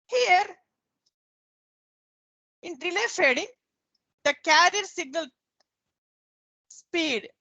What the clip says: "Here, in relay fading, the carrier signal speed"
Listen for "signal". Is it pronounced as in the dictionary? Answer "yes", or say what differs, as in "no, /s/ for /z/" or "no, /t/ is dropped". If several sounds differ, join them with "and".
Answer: yes